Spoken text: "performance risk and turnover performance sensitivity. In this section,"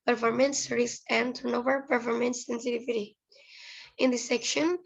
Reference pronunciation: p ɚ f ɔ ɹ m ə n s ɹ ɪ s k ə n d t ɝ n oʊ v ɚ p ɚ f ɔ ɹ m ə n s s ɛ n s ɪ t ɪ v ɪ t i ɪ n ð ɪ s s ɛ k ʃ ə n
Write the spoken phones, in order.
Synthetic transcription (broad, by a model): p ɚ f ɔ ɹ m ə n s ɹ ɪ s ə n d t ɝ n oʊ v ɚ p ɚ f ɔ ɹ m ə n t s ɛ n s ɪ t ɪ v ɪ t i ɪ n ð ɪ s s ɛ k ʃ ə n